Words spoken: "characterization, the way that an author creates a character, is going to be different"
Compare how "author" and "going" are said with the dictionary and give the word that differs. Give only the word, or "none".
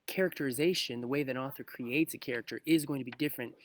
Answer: none